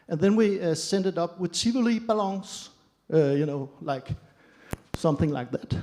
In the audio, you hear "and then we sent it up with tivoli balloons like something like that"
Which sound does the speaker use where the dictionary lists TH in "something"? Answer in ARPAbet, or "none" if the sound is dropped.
TH